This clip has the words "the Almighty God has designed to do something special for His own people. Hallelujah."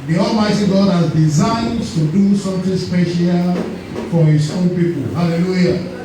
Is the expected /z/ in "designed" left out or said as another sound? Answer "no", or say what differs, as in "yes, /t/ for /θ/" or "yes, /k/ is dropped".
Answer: no